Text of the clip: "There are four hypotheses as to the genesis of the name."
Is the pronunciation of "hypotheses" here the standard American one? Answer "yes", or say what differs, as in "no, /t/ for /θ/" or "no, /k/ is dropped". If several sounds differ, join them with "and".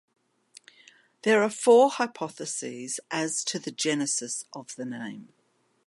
yes